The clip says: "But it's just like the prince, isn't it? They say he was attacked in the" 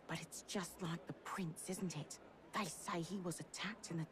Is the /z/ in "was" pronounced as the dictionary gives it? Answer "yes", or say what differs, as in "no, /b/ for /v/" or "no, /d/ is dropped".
yes